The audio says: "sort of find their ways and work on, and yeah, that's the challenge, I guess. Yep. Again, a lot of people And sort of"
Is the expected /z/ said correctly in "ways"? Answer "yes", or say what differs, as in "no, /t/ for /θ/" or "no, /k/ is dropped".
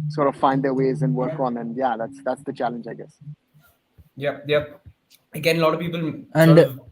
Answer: yes